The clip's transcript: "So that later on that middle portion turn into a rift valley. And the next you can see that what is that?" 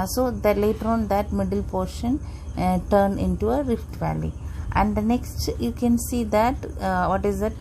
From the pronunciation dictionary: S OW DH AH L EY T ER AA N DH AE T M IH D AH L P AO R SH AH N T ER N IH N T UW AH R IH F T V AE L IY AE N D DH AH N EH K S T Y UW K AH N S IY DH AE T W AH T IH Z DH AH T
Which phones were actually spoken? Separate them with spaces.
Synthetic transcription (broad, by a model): S OW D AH L EY T ER AA N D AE T M IH D AH L P AO R SH AH N T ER N IH N T UW AH R IH F T V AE L IY AE N D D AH N EH K S T Y UW K AH N S IY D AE T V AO T IH Z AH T